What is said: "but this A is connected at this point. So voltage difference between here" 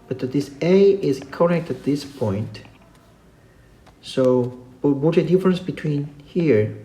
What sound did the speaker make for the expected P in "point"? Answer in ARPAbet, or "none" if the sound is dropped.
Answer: P